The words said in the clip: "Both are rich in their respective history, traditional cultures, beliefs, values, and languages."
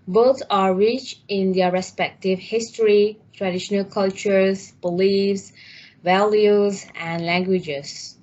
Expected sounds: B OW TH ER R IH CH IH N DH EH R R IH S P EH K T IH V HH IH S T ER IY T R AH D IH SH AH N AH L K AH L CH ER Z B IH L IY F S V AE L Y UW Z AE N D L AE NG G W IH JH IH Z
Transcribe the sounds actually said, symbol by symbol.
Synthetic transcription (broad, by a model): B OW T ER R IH CH IH N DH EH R R IH S P EH K T IH V HH IH S T ER IY T R AH D IH SH AH N AH L K AH L CH ER Z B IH L IY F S V AE L Y UW Z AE N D L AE NG G W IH JH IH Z